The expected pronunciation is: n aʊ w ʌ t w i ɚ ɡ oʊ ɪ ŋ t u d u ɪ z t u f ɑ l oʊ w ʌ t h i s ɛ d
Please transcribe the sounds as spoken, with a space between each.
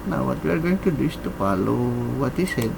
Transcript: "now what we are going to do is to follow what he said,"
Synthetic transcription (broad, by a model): n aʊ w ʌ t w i ɚ ɡ oʊ ɪ ŋ t u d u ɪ s t u p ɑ l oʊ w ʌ t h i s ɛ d